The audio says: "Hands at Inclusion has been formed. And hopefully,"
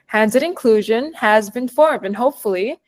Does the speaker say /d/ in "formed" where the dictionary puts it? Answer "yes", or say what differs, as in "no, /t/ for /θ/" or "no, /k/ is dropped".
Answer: yes